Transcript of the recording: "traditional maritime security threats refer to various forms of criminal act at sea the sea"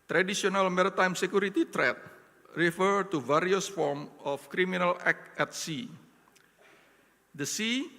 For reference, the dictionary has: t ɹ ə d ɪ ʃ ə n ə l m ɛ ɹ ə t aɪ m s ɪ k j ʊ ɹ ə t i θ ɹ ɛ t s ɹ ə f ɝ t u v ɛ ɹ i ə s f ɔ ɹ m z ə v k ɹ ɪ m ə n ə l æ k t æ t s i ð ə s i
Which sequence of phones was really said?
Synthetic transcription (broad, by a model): t ɹ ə d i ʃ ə n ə l m ɛ ɹ ə t aɪ m s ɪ k j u ɹ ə t i t ɹ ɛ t ɹ ə f ɝ t u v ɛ ɹ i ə s f ɔ ɹ m ə f k ɹ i m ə n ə l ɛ k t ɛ t s i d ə s i